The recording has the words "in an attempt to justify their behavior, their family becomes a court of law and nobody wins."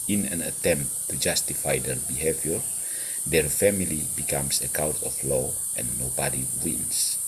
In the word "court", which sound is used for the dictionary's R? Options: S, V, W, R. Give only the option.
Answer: W